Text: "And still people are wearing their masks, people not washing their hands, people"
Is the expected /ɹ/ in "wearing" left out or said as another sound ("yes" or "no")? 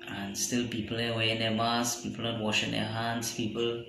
yes